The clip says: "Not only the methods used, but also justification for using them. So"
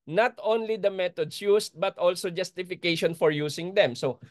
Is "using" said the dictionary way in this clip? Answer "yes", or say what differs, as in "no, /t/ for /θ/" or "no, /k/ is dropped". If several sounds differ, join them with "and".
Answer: no, /s/ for /z/